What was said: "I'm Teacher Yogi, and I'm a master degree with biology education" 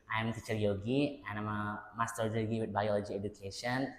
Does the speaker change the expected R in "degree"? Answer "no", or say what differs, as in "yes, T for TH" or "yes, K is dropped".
yes, R is dropped